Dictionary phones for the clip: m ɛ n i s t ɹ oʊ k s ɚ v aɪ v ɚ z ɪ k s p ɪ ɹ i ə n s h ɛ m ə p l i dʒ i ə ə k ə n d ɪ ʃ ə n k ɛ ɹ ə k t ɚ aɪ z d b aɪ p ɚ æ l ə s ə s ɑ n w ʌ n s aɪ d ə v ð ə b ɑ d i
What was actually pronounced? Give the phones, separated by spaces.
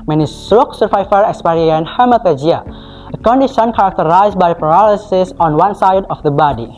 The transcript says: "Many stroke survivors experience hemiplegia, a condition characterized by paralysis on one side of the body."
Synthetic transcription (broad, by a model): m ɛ n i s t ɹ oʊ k s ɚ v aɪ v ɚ ɪ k s p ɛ ɹ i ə n h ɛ m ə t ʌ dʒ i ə ə k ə n d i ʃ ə n k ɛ ɹ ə k t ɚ aɪ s b aɪ p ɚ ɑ l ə s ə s ɑ n w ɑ n s aɪ d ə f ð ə b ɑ d i